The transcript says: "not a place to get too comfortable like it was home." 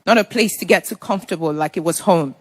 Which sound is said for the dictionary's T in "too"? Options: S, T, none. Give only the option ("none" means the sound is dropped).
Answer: S